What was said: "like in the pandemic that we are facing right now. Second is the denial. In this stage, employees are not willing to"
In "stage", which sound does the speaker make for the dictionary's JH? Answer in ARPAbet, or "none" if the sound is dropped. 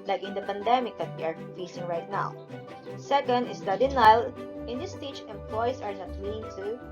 CH